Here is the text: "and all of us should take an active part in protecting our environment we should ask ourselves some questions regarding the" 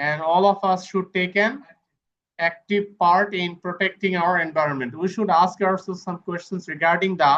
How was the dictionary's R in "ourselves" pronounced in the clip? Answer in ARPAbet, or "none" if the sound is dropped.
L